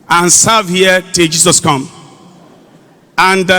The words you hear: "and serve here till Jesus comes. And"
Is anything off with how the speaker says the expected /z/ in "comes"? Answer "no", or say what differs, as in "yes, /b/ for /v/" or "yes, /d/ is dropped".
yes, /z/ is dropped